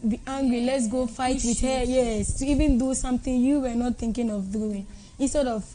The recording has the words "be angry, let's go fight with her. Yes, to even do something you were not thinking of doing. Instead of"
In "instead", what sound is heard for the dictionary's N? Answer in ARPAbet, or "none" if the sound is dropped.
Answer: none